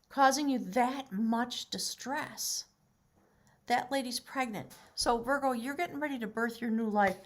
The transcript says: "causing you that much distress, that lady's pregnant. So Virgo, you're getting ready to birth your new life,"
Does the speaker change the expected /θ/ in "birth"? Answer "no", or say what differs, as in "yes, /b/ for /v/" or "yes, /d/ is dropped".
no